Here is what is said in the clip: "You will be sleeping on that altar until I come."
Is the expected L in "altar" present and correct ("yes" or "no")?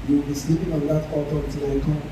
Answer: no